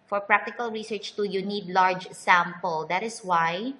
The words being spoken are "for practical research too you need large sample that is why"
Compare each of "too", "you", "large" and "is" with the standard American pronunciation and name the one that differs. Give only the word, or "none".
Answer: is